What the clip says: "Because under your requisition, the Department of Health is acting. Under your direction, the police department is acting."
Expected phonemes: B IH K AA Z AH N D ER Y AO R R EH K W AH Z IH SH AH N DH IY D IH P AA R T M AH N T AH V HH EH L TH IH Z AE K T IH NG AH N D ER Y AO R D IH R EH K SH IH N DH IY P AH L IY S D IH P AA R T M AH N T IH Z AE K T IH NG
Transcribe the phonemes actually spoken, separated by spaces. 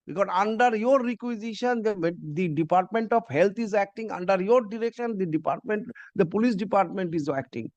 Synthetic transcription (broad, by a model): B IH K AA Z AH N D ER Y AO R R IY K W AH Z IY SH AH N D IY D IH P AA R T M AH N T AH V HH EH L T IH Z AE K T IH NG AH N D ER Y AO R D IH R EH K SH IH N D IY P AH L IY S D IH P AA R T M AH N T IH Z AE K T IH NG